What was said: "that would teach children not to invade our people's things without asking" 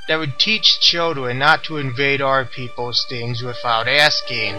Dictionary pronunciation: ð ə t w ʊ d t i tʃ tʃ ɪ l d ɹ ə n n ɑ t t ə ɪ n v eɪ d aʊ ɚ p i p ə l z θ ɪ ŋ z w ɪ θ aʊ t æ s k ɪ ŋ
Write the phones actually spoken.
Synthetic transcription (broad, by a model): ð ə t w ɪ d t i tʃ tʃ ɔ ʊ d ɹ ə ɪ n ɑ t t ə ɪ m v eɪ d aʊ ɚ p i p l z θ ɪ ŋ z w ɪ θ aʊ t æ s k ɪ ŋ